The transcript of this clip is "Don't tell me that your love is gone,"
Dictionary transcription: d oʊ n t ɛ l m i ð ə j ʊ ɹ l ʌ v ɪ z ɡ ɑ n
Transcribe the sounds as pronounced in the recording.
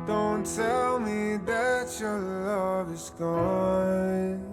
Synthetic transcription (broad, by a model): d oʊ n t ɛ l m i ð ə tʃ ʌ ɹ l ʌ v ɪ s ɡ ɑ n